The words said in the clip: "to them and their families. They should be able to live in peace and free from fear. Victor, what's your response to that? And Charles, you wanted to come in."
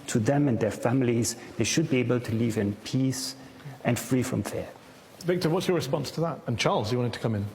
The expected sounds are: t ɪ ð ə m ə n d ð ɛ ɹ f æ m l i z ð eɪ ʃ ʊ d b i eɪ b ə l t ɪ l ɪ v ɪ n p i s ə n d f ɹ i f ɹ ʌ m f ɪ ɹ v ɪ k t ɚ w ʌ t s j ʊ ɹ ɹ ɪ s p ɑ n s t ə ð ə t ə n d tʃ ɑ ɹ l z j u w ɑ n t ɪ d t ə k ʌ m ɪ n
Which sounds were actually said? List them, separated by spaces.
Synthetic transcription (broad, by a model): t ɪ ð ə m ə n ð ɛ ɹ f æ m l i z ð eɪ ʃ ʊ d b i eɪ b ə l t ɪ l ɪ v ɪ n p i s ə n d f ɹ i f ɹ ʌ m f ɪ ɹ v ɪ k t ɚ w ʌ t s j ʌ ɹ ɹ ɪ s p ɑ n s t ə ð ə t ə n tʃ ɑ ɹ l z j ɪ w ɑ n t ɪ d t ə k ʌ m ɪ n